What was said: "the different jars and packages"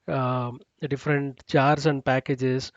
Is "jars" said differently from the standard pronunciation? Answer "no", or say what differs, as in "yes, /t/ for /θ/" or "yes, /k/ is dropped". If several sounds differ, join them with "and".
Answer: yes, /tʃ/ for /dʒ/ and /s/ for /z/